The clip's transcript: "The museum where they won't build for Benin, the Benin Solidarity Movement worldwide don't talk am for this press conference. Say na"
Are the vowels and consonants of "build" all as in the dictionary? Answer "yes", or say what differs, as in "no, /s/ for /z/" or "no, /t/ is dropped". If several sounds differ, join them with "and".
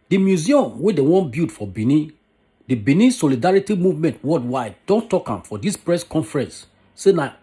no, /l/ is dropped